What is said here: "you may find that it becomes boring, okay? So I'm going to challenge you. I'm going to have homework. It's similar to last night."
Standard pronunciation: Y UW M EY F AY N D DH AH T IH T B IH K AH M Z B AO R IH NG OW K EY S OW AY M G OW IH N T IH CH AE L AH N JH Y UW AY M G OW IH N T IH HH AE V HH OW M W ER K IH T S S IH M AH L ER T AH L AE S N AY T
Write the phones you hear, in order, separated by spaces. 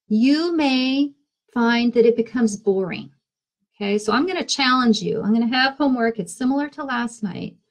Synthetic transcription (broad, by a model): Y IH M EY F AY N DH AH T IH T B IH K AH M Z B AO R IH NG OW K EY S OW AY M G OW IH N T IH CH AE L AH N JH Y UW AY M G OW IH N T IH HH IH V HH OW M W ER K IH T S S IH M L ER T AH L AE S N AY T